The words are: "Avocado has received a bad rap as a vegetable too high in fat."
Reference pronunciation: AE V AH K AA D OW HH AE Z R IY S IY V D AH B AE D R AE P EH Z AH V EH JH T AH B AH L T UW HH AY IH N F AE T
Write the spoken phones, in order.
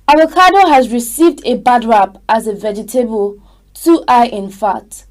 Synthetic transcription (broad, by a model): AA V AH K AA D OW HH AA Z R IY S IY V D AH B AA D R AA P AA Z AH V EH JH T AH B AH L T UW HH AY IH N F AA T